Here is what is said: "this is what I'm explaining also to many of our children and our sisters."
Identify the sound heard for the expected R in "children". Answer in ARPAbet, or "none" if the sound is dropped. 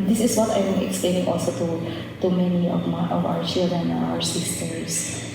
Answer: none